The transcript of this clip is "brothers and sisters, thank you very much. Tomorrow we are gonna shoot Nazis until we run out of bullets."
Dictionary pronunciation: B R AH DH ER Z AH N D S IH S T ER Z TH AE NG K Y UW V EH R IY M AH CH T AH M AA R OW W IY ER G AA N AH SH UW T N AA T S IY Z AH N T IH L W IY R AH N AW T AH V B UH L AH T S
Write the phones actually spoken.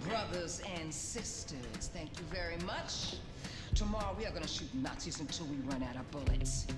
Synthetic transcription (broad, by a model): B R AH DH ER Z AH N S IH S T ER Z TH AE NG K Y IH V EH R IY M AH CH T AH M AA R OW W IY ER G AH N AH SH UW T N AA T S IY Z AH N T IH L W IY R AH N AW T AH B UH L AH T S